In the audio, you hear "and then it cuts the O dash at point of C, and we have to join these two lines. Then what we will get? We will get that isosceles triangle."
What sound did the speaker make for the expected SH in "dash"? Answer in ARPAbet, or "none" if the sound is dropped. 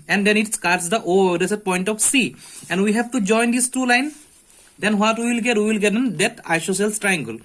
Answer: S